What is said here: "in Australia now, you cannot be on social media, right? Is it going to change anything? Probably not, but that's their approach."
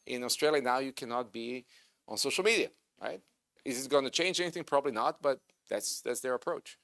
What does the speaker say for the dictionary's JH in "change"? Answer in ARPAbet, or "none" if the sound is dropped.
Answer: JH